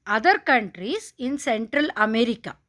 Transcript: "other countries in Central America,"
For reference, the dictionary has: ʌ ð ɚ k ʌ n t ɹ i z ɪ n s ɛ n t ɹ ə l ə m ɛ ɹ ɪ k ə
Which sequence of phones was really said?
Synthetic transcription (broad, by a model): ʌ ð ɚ k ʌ n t ɹ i s ɪ n s ɛ n t ɹ ə l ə m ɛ ɹ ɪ k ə